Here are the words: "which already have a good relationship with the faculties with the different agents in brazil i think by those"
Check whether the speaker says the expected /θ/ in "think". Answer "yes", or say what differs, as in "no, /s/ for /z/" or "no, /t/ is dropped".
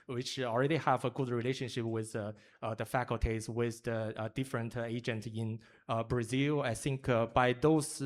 yes